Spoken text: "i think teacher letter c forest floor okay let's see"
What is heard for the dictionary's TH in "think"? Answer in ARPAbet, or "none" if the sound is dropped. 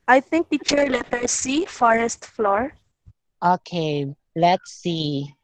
T